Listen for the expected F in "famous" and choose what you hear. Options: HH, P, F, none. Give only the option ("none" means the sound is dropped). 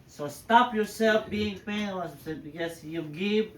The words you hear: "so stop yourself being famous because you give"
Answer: P